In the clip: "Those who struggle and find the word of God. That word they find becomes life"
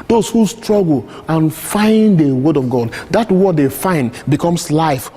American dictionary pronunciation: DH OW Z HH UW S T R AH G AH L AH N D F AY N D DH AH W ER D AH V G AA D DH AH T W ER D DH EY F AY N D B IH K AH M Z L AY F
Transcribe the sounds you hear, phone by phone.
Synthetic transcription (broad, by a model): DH OW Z HH UW S T R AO G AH L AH N F AY N D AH W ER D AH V G AA D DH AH T W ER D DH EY F AY N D B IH K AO M S L AY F